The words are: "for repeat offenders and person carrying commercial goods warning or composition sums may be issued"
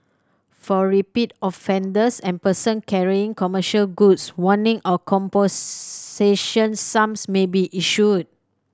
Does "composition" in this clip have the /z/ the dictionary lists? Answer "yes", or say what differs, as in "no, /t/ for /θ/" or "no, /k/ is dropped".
no, /s/ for /z/